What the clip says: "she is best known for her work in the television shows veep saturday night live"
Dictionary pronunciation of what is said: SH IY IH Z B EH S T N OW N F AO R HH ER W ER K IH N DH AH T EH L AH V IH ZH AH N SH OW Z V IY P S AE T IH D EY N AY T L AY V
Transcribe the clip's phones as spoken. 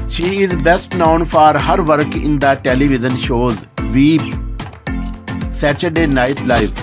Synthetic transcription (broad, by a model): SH IY IH Z B EH S T N OW N F AO R HH ER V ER K IH N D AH T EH L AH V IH Z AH N SH OW Z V IY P S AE T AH D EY N AY T L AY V